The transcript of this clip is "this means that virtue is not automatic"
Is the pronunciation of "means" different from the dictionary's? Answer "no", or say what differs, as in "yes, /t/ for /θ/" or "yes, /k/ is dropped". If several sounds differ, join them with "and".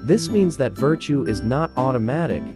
no